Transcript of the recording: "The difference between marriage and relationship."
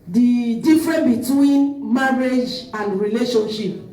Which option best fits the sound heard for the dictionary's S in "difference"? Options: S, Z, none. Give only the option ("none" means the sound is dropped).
none